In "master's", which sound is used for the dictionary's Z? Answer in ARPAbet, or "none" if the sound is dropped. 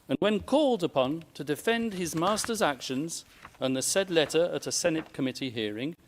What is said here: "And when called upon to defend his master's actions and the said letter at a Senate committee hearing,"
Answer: Z